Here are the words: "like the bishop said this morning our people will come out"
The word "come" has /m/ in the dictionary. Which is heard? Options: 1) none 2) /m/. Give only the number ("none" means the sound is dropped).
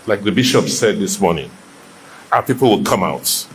2